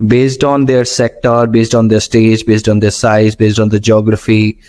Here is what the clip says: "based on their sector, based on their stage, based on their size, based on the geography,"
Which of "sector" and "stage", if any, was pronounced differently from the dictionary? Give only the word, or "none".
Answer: none